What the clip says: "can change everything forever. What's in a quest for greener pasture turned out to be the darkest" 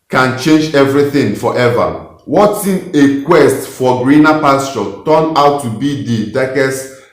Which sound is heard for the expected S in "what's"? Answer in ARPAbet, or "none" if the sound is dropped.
none